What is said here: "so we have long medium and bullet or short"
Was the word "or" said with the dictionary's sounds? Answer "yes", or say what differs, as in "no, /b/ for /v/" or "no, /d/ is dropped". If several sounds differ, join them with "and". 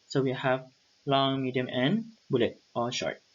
no, /l/ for /ɹ/